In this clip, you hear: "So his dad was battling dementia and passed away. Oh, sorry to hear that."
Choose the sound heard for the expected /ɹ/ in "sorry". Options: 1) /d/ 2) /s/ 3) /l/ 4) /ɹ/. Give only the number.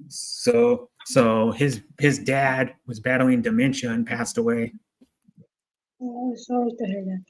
3